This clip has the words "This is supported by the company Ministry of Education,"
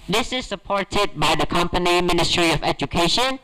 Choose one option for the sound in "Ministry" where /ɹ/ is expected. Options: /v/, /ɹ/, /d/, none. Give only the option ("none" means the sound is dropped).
/ɹ/